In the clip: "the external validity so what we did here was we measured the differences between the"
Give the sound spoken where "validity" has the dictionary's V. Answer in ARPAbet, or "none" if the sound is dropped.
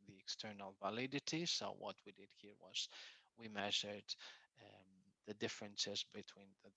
V